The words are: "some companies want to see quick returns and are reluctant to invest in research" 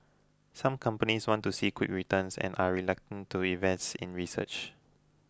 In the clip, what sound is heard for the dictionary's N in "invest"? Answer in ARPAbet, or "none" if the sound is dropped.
none